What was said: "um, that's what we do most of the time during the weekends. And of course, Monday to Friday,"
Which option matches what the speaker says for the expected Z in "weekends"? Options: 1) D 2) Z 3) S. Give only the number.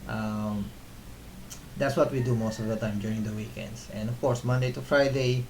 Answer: 3